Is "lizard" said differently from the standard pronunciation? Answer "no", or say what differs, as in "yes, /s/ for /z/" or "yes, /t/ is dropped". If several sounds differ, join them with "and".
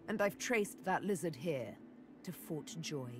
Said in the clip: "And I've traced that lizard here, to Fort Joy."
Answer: no